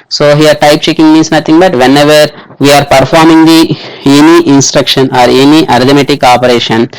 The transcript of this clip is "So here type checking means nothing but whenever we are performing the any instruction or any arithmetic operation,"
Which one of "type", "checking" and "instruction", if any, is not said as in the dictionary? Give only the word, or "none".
none